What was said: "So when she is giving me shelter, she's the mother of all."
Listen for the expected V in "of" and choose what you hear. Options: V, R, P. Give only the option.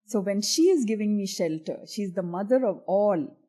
V